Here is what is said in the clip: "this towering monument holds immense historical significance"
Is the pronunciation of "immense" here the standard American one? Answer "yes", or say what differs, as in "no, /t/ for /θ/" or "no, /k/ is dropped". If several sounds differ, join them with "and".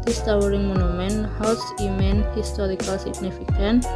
no, /s/ is dropped